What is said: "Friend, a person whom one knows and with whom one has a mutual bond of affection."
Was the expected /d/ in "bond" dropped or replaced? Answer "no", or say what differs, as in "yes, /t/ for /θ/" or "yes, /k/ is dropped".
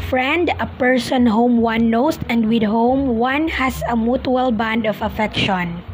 no